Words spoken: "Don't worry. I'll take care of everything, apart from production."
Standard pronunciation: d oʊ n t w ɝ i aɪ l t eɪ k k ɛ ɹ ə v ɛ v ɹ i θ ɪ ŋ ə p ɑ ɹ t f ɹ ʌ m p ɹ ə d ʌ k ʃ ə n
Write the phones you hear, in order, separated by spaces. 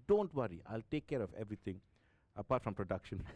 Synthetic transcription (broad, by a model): d oʊ n t w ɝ i aɪ l t eɪ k k ɛ ɹ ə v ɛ v ɹ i t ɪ ŋ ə p ɑ t f ɹ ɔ m p ɹ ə d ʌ k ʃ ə n